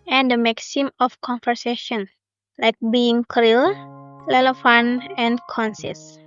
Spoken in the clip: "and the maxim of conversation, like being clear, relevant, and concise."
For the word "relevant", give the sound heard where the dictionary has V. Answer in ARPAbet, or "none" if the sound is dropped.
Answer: F